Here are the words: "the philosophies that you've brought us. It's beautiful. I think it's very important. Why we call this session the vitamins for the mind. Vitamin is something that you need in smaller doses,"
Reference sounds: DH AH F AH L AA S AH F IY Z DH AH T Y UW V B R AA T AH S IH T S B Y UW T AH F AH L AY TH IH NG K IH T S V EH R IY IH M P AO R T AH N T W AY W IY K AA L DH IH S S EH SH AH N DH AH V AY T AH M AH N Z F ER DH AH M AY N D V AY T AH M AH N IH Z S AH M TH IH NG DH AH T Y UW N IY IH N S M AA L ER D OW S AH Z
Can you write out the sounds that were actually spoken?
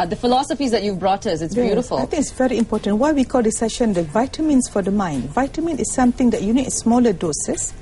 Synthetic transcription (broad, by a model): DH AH F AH L AA S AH F IY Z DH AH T Y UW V B R AA T AH S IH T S B Y UW T AH F AH L AY T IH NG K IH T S V EH R IY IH M P AO T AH N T W AY W IY K AA L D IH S S EH SH AH N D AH V AY T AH M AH N S F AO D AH M AY N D V AY T AH M AH N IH S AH M T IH NG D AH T Y UW N IY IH S M AA L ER D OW S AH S